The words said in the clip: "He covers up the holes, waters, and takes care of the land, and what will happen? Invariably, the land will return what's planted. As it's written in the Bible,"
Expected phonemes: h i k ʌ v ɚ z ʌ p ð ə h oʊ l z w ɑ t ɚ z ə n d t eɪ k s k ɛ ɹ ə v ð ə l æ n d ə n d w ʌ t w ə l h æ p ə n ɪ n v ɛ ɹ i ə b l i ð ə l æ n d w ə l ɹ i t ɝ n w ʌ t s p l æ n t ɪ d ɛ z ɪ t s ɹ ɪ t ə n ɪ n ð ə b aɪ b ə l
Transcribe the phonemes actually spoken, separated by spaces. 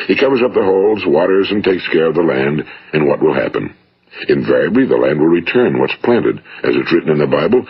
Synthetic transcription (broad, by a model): h i k ʌ v ɚ z ʌ p ð ə h oʊ l z w ɑ t ɚ z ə n t eɪ k s k ɛ ɹ ə v ð ə l æ n d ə n w ʌ t w ə l h æ p ə n ɪ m v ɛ ɹ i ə b l i ð ə l æ n d w ə l ɹ i t ɝ n w ʌ t s p l æ n t ɪ d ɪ z ɪ t s ɹ ɪ t n ɪ n ð ə b aɪ b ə l